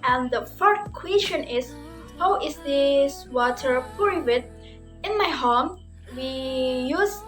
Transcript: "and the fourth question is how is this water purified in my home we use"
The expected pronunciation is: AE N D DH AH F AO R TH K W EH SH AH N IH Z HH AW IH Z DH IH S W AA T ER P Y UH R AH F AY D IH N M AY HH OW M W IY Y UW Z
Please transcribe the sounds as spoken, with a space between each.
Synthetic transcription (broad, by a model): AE N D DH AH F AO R S K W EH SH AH N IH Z HH AW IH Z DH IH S W AA T ER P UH R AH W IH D IH N M AY HH OW M W IY Y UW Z